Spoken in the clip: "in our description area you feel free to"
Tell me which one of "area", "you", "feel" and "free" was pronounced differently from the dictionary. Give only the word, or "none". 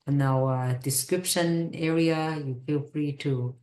none